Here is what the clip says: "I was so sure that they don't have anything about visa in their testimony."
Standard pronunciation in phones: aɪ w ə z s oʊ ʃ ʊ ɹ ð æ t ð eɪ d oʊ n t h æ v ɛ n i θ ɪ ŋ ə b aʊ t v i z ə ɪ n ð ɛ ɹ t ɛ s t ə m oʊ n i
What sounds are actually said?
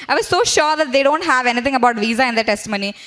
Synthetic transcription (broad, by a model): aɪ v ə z s oʊ ʃ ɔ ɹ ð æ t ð eɪ d oʊ n t h æ v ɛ n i t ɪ ŋ ə b aʊ t v i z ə ɪ n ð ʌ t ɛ s t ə m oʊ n i